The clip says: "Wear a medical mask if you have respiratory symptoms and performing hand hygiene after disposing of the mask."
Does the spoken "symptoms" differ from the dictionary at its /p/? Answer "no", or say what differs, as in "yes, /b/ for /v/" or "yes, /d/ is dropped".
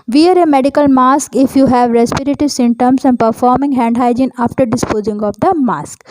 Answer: yes, /p/ is dropped